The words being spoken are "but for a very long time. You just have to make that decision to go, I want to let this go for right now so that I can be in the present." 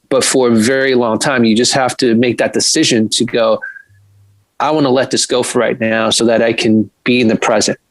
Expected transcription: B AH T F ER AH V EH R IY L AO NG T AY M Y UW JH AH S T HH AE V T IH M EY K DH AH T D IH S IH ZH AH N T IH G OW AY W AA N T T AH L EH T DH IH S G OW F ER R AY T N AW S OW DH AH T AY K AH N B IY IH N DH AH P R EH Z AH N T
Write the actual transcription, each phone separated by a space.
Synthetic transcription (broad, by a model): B AH T F ER AH V EH R IY L AO NG T AY M Y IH JH AH S T HH AE F T IH M EY K DH AH T D IH S IH ZH AH N T IH G OW AY W AA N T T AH L EH T DH IH S G OW F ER R AY T N AW S OW DH AH T AY K AH N B IY IH N DH AH P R EH Z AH N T